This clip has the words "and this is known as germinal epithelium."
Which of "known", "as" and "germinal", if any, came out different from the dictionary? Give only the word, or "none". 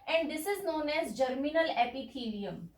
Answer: none